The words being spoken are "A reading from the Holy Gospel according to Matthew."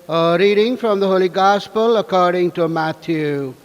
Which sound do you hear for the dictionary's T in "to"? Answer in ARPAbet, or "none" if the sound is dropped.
T